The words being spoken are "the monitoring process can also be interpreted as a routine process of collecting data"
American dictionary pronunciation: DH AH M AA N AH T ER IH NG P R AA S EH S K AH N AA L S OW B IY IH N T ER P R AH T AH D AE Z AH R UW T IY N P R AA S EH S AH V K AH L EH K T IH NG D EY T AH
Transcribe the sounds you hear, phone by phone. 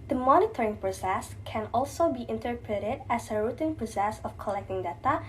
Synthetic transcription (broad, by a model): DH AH M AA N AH T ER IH NG P R AA S EH S K AH N AA L S OW B IY IH N T ER P R AH T AH D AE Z AH R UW T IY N P R AA S EH S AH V K AH L EH K T IH NG D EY T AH